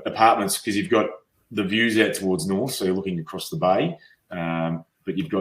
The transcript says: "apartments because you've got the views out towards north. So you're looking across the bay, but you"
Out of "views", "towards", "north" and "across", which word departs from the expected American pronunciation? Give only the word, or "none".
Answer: none